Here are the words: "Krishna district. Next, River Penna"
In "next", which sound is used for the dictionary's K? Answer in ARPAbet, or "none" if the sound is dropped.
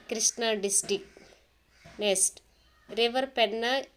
none